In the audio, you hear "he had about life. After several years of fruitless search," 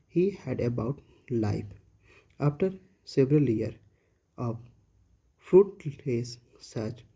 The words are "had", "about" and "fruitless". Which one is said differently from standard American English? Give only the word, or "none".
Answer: fruitless